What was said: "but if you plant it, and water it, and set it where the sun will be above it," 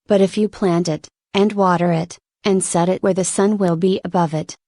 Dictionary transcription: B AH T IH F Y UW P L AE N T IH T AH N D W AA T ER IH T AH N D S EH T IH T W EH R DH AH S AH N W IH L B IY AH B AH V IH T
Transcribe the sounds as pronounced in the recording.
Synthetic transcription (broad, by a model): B AH T IH F Y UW P L AE N T IH T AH N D W AA T ER IH T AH N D S EH T IH T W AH R DH AH S AH N W IH L B IY AH B AH V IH T